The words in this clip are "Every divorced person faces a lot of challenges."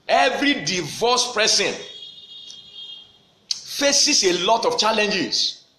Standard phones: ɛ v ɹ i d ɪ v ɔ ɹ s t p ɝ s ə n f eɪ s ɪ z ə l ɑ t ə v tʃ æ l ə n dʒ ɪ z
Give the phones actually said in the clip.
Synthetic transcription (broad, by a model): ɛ v ɹ i d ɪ v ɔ s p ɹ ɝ s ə n f eɪ s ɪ s ə l ɑ t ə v tʃ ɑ l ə n dʒ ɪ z